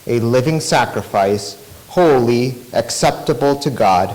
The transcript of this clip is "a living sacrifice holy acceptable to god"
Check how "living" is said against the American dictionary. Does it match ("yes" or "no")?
yes